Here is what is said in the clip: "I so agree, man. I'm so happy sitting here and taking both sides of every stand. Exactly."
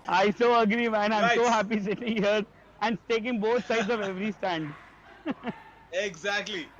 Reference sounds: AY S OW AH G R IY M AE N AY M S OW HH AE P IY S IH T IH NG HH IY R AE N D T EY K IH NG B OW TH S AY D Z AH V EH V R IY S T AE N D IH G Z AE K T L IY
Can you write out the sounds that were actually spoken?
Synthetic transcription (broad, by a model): AY S OW AH G R IY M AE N AY M S OW HH AE P IY S IH T IH NG HH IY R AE N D T EY K IH NG B OW T S AY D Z AH V EH V R IY S T AE N D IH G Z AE K T L IY